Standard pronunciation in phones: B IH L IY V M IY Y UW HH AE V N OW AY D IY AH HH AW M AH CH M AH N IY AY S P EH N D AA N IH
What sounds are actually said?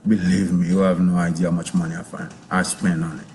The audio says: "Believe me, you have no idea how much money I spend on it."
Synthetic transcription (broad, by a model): B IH L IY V M IY Y UW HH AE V N OW AY D IY AH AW M AH CH M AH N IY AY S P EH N AA N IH